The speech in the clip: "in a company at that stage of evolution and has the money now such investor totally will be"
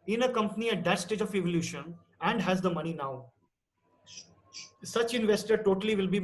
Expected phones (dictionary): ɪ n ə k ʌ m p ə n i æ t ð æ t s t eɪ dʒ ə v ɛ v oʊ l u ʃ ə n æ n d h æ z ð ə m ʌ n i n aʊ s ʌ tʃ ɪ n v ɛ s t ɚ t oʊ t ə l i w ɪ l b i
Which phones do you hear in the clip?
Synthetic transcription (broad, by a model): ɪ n ə k ʌ m p ə n i æ t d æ t s t eɪ dʒ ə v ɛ v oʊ l u ʃ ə n æ n d h æ z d ə m ʌ n i n aʊ s ʌ tʃ ɪ n v ɛ s t ɚ t oʊ t ə l i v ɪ l b i